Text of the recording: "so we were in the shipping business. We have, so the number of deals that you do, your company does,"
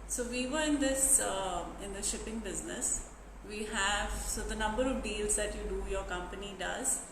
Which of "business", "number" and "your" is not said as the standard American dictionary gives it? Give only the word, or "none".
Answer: none